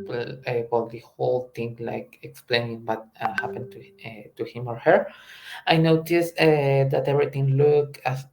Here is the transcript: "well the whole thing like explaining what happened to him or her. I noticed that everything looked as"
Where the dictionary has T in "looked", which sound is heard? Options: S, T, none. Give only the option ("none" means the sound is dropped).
none